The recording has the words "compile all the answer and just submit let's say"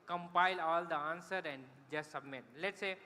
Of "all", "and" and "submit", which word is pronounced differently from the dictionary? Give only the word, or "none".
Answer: none